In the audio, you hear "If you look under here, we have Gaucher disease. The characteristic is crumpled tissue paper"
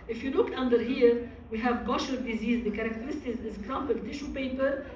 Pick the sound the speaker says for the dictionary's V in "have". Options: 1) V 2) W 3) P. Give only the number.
1